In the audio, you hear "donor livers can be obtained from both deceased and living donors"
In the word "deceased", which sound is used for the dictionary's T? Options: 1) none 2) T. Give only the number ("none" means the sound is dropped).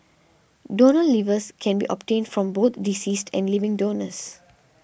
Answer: 2